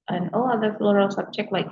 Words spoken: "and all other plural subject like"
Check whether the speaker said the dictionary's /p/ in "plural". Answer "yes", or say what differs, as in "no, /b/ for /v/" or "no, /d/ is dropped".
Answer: no, /f/ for /p/